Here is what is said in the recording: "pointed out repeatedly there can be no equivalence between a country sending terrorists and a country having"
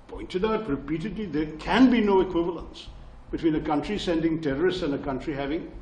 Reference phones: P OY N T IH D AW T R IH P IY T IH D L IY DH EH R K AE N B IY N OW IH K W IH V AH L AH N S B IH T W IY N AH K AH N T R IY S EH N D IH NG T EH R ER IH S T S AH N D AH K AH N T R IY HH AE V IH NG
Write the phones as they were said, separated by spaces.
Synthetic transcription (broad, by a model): P OY N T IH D AW T R IH P IY T IH D L IY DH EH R K AE N B IY N OW IH K W IH V AH L AH N S B IH T W IY N AH K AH N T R IY S EH N D IH NG T EH R ER IH S T S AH N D AH K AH N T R IY HH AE V IH NG